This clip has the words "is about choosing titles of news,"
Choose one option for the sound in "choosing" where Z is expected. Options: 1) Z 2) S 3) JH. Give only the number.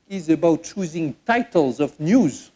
1